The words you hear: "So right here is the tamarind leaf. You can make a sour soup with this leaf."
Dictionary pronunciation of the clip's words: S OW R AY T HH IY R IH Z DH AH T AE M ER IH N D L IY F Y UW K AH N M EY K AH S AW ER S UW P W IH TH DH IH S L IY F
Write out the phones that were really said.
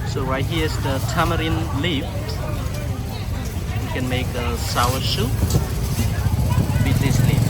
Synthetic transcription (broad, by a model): S OW W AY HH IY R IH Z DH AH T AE M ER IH N L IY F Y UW K AH N M EY K AH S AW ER SH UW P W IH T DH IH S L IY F